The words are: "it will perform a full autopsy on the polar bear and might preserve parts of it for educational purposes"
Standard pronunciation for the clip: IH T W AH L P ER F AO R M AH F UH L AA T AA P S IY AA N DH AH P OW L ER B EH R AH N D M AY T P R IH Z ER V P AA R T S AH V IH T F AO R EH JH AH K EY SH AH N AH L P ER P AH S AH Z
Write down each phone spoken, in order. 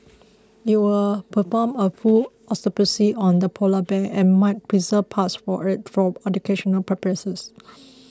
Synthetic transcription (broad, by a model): IH T W AH L P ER F AO M AH F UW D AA T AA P S IY AA N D AH P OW L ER B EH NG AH N M AY T P R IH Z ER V P AA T S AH IH T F AO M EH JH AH K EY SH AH N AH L P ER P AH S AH S